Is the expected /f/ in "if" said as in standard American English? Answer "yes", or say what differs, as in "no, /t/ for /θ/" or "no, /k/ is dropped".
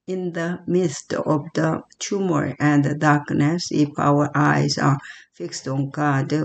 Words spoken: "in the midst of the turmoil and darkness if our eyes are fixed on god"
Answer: no, /p/ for /f/